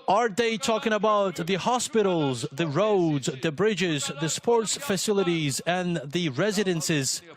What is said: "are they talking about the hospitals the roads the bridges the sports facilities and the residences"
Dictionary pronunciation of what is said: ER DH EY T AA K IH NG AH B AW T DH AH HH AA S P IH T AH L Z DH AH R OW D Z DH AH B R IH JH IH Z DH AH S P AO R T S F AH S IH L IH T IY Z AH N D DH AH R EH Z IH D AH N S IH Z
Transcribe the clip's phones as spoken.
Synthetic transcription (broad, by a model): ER DH EY T AA K IH NG AH B AW T DH AH HH AA S P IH T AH L Z DH AH R OW D Z DH AH B R IH JH IH Z DH AH S P AO R T S F AH S IH L IH T IY Z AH N DH AH R EH Z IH D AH N S IH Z